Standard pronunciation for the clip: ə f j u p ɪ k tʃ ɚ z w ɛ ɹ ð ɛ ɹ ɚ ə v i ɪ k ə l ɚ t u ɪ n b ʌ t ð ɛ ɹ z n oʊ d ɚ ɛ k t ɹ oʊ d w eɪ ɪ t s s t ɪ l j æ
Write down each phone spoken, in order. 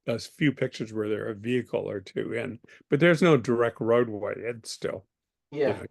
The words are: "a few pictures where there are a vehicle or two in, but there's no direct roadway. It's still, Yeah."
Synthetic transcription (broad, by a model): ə f j u p ɪ k tʃ ɚ z w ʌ ɹ ð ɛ ɹ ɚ ə v i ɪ k l ɚ t u ɪ n b ʌ t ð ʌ ɹ z n oʊ d ɚ ɛ k t ɹ oʊ d w eɪ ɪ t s s t ɪ l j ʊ